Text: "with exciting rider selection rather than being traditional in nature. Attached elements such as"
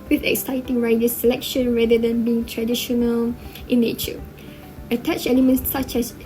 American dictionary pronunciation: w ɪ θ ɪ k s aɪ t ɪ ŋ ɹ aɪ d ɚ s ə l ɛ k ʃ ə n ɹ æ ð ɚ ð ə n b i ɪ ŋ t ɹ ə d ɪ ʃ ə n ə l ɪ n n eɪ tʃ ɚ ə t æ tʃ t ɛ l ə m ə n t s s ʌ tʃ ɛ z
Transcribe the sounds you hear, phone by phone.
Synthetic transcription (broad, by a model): w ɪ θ ɪ k s aɪ t ɪ ŋ ɹ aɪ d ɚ s ə l ɛ k ʃ ə n ɹ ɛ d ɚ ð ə n b i ɪ ŋ t ɹ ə d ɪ ʃ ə n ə l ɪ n n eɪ tʃ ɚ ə t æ tʃ ɛ l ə m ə n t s s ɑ tʃ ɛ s